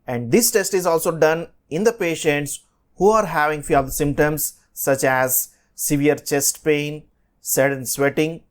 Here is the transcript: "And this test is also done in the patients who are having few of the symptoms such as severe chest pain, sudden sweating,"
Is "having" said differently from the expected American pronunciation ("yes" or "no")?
no